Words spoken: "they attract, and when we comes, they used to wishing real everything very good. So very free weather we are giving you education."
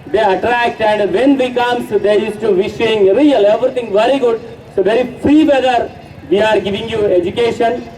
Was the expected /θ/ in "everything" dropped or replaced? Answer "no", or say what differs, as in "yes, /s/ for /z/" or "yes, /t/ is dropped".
yes, /t/ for /θ/